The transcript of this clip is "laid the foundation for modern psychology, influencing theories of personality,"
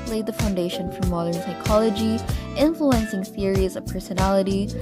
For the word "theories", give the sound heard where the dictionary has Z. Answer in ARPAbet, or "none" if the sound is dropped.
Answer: Z